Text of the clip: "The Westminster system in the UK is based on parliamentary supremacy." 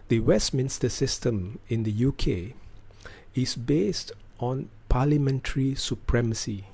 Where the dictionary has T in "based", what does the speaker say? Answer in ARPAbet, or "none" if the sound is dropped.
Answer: T